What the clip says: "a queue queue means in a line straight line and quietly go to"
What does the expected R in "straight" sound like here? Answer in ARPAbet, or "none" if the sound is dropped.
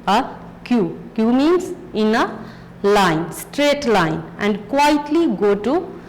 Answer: R